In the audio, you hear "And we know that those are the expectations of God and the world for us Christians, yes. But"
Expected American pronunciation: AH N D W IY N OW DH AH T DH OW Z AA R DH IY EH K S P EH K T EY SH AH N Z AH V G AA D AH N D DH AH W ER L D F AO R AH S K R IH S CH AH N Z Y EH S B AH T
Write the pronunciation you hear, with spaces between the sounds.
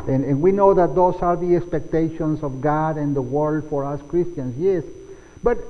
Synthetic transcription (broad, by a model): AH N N W IY N OW DH AH T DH OW S AA R DH IY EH K S P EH K T EY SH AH N S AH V G AA D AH N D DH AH W ER L D F AO R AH S K R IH S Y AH N S Y EH S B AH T